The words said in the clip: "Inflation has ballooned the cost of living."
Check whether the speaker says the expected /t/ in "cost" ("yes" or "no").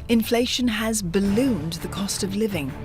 yes